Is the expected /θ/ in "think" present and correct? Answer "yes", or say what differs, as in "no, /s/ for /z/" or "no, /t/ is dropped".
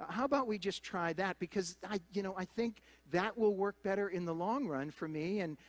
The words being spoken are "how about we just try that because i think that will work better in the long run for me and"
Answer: yes